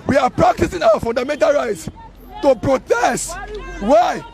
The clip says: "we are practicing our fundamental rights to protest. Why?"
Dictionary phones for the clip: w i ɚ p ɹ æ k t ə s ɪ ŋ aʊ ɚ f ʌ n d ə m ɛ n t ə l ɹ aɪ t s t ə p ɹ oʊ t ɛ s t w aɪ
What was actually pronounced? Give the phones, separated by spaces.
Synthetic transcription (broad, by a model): w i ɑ p ɹ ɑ k t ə s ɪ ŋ aʊ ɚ f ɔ n d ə m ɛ n t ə l ɹ aɪ t s t ə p ɹ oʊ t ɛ s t w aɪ